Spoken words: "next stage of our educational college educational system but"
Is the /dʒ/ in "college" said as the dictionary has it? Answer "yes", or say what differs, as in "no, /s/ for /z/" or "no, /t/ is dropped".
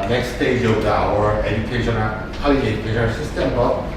no, /dʒ/ is dropped